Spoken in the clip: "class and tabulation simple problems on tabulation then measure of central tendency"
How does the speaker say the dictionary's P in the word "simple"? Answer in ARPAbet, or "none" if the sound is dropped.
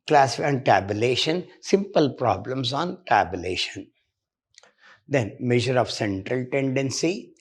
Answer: P